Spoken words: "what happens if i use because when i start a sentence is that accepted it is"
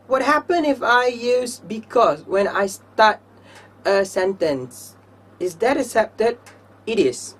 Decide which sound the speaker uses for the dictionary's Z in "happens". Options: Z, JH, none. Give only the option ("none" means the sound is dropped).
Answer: none